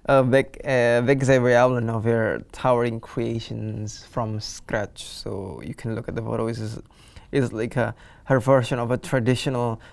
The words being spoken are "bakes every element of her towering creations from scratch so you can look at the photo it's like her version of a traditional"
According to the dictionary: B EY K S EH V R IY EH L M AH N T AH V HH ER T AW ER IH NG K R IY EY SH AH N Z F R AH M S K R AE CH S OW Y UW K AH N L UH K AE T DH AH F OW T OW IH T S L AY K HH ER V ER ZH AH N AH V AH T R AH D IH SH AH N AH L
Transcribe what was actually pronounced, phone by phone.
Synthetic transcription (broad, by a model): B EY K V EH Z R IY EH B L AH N AH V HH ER T AW ER IH NG K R IY EY SH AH N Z F R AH M S K R AE CH S OW Y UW K AH N L UH K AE T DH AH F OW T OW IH S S L AY K HH ER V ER SH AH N AH V AH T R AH D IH SH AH N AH L